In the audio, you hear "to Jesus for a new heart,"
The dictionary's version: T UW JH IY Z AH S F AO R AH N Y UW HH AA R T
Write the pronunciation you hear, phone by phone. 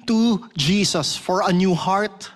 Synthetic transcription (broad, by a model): T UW JH IY S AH S F AO R AH N Y UW HH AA R T